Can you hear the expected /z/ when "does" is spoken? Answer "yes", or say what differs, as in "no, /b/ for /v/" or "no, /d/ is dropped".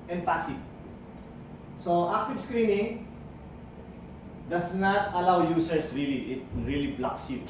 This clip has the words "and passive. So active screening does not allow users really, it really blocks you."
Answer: no, /s/ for /z/